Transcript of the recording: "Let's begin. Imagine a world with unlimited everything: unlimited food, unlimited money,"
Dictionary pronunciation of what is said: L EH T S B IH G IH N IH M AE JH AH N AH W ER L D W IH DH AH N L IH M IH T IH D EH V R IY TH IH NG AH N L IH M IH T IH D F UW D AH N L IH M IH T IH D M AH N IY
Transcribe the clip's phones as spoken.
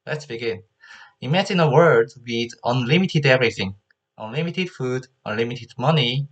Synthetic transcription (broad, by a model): L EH T S B IH G IH N IH M AE JH AH N AH W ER D W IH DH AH N L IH M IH T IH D EH V R IY TH IH NG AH N L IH M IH T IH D F UW D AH N L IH M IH T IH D M AH N IY